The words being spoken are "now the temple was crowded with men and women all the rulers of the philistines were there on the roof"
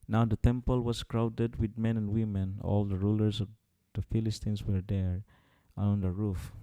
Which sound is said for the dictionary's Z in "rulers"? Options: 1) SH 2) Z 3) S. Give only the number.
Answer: 3